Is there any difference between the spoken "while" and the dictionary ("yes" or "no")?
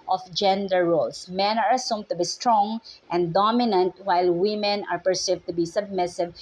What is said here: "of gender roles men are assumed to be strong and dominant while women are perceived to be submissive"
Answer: no